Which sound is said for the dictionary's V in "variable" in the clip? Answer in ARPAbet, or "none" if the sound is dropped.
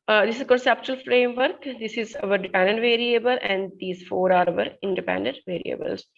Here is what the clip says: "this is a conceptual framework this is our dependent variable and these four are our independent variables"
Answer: V